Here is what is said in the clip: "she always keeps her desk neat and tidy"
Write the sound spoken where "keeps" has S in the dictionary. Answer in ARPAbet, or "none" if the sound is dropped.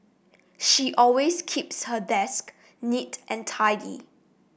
S